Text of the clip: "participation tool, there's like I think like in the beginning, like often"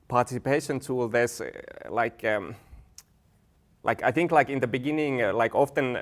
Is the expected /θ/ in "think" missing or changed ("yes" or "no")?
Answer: no